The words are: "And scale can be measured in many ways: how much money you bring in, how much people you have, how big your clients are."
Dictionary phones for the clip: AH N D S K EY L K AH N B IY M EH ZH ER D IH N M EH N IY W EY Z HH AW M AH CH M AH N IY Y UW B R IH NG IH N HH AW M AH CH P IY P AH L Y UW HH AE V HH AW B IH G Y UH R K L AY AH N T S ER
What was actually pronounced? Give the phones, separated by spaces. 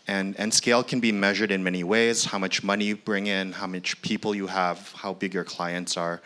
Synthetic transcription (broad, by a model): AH N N S K EY L K AH N B IY M EH ZH ER D IH N M EH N IY W EY Z HH AW M AH CH M AH N IY B R IH NG IH N HH AW M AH CH P IY P L Y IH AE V HH AW B IH G Y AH R K L AY AH N T S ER